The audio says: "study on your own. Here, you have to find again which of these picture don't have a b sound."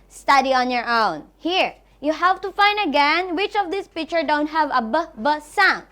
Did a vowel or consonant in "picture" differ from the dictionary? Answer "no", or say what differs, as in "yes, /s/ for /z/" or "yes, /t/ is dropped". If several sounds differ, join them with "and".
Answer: no